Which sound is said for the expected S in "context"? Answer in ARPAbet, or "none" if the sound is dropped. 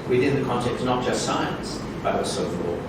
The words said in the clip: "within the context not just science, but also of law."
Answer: none